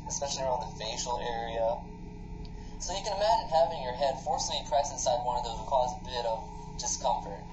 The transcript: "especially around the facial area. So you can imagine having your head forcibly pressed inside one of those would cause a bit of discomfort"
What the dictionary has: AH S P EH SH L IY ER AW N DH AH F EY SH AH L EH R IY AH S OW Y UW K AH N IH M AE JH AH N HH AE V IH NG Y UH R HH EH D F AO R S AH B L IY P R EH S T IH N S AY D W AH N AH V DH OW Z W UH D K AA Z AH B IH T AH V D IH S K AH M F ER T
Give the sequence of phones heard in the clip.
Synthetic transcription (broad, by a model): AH S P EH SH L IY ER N DH AH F EY SH L EH R IY AH S OW Y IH K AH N IH M AE JH AH N HH AE V IH NG Y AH R HH EH D F AO R S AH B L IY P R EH S IH N S AY D W AH N AH V DH OW Z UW K AA Z AH B IH T AH V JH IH S K AH M F ER T